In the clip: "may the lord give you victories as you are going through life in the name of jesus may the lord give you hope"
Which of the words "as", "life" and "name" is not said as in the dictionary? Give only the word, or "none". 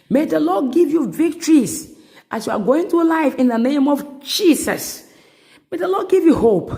as